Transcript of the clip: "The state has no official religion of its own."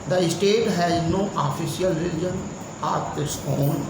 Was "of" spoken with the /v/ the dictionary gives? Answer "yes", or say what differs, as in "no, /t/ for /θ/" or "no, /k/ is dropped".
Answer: no, /p/ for /v/